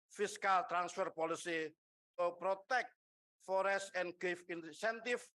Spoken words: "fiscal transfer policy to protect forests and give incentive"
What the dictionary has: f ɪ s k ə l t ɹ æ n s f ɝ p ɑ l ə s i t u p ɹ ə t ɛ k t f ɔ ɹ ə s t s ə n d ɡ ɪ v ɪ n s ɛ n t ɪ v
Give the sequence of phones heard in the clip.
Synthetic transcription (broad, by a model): f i s k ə l t ɹ æ n s f ɝ p ɑ l ə s i t u p ɹ ə t ɛ k t f ɔ ɹ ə s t ə n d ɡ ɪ f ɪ n s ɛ n t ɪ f